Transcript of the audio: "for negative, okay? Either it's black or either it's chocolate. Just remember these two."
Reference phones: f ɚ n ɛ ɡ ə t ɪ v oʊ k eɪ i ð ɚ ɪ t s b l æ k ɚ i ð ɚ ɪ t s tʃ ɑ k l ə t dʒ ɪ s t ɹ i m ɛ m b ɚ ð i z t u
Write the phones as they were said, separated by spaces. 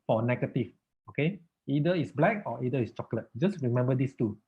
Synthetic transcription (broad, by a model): f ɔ n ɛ ɡ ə t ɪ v oʊ k eɪ i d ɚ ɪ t s b l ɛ k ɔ i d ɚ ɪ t s tʃ ɑ k l ə t dʒ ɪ s ɹ i m ɛ m b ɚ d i s t u